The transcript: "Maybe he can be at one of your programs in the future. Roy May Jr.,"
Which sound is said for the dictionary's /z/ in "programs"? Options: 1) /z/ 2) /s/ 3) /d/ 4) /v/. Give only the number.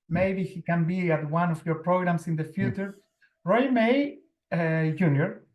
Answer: 2